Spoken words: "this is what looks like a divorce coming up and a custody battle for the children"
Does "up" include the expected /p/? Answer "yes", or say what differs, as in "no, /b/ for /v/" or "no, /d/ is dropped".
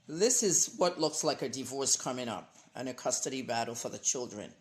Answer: yes